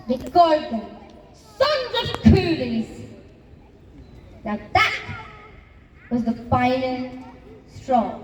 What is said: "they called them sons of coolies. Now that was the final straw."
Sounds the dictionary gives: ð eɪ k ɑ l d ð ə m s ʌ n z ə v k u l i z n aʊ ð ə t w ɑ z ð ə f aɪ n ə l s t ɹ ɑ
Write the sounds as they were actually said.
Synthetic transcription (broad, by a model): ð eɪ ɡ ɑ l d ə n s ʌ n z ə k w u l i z n aʊ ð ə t w ɑ z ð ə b aɪ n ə n s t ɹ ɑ